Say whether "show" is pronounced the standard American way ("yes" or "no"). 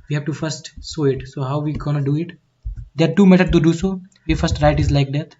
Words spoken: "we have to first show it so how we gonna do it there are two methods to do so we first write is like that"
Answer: no